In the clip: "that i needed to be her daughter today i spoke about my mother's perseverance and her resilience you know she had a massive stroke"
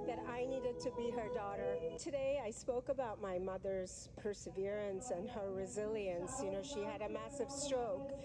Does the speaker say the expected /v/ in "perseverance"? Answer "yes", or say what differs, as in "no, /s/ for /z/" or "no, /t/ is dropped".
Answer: yes